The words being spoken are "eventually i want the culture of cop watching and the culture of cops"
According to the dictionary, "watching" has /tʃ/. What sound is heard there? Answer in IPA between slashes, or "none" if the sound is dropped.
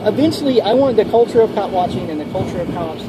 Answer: /tʃ/